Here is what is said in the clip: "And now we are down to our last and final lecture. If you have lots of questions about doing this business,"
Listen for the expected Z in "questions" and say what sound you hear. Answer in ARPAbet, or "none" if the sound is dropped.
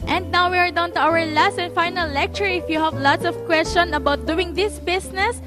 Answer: none